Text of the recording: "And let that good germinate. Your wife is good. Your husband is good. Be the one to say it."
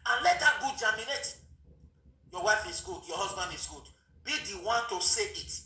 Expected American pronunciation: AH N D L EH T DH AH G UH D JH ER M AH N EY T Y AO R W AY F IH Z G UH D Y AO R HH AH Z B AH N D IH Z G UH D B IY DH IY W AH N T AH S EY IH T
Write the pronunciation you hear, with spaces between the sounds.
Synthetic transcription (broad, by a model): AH N L EH T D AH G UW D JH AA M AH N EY T Y AO W AY F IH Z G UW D Y AO HH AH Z B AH N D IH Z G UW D B IY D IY W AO N T AH S EY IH T